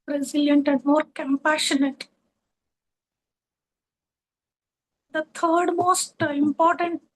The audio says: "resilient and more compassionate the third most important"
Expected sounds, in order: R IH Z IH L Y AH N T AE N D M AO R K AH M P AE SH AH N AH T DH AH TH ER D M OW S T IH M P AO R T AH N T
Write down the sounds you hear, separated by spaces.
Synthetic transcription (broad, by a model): R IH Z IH L Y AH N T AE N D M AO R K AH M P AE SH AH N AH T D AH T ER D M OW S T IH M P AO R T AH N T